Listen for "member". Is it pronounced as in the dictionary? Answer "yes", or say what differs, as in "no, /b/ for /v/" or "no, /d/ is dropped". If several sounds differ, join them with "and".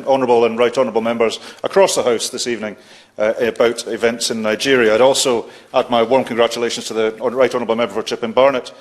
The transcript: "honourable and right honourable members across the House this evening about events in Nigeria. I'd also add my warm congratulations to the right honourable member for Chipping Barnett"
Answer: yes